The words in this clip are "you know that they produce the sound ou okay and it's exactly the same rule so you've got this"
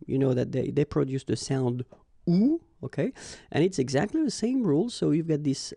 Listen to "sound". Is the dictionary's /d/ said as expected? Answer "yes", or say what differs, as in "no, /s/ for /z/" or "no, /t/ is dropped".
yes